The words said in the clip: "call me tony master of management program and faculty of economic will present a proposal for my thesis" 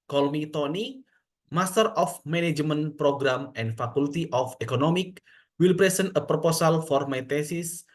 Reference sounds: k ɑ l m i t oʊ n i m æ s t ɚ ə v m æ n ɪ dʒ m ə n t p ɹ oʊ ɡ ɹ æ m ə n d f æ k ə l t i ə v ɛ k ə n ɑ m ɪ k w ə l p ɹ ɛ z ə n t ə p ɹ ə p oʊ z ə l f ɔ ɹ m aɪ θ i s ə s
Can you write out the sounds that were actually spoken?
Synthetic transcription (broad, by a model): k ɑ l m i t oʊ n i m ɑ s t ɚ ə f m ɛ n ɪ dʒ m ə n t p ɹ oʊ ɡ ɹ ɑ m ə n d f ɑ k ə l t i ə f ɛ k ə n ɑ m ɪ k w ə l p ɹ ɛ s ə n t ə p ɹ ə p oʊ s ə l f ɔ ɹ m aɪ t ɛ s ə s